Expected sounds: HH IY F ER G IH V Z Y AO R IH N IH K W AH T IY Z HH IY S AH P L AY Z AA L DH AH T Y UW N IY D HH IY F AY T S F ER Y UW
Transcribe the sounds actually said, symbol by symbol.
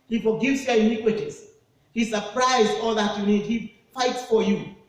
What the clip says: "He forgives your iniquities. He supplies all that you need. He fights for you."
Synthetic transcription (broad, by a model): HH IY F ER G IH V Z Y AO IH N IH K W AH T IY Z HH IY S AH P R AY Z AA L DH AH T Y UW N IY D HH IY F AY T S F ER Y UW